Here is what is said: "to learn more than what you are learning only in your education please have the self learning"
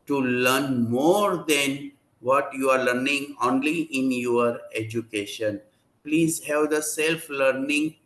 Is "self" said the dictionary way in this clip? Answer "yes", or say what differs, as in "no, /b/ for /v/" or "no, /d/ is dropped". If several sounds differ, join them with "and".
yes